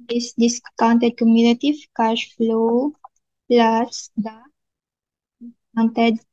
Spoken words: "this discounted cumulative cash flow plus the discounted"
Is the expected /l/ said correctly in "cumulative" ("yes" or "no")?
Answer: no